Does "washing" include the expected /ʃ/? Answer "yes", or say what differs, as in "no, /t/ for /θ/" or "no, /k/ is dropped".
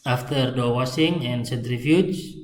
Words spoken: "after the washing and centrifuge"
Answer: no, /s/ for /ʃ/